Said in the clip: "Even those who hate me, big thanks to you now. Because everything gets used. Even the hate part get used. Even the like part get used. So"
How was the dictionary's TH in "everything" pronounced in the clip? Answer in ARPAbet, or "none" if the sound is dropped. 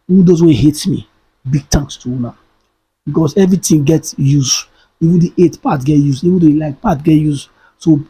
T